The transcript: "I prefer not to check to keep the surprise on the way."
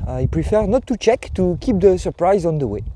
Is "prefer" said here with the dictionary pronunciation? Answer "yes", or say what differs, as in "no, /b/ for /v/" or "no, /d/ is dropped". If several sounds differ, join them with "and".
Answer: yes